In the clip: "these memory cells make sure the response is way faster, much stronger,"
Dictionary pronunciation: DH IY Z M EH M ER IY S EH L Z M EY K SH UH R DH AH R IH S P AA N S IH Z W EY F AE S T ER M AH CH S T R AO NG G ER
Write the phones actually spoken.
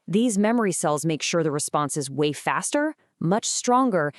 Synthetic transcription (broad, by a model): DH IY Z M EH M ER IY S EH L Z M EY K SH UH R DH AH R IH S P AA N S IH Z W EY F AE S T ER M AH CH S T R AO NG G ER